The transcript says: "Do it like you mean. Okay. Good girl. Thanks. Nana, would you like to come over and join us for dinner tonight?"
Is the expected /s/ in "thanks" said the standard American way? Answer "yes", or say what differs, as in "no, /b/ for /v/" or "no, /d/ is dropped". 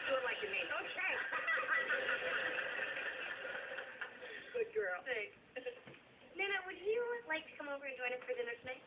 no, /s/ is dropped